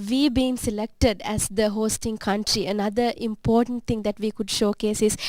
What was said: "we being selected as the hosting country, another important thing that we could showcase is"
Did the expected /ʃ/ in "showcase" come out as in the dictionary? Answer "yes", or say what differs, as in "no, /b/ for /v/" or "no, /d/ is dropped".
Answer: yes